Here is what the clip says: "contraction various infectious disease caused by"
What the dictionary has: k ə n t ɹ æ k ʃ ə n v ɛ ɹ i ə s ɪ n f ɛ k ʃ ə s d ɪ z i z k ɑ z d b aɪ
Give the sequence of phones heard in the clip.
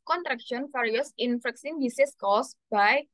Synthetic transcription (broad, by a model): k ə n t ɹ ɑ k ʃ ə n f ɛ ɹ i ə s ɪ n f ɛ k s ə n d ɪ s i s k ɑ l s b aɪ